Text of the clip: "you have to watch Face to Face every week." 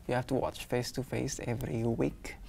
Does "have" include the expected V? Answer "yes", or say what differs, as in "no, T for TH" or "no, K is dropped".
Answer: no, F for V